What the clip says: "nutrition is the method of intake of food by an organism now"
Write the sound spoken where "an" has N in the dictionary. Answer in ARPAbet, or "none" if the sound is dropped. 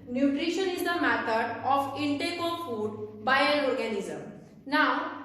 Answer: L